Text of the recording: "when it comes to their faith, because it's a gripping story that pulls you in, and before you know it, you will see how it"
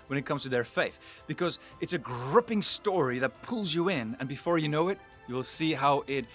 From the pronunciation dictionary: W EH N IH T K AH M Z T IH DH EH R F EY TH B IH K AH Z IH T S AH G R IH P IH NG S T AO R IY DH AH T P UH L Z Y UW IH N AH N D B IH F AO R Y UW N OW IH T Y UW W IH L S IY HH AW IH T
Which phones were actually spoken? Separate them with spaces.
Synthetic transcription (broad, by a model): W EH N IH T K AH M Z T IH DH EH R F EY TH B IH K AH Z IH T S AH G R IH P IH NG S T AO R IY DH AH T P UH L Z Y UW IH N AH N B IH F AO R Y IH N OW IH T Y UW W IH L S IY HH AW IH T